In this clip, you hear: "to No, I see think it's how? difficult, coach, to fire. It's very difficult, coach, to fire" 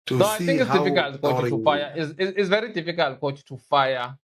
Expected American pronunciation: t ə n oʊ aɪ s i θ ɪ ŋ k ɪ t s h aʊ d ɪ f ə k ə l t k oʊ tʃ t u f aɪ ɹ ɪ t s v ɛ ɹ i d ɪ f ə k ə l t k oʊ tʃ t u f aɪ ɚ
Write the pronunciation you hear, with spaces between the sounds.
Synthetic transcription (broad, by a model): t n oʊ aɪ θ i ŋ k ɪ t s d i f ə k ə l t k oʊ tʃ t u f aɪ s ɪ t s v ɛ ɹ i d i f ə k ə l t k oʊ tʃ t u f aɪ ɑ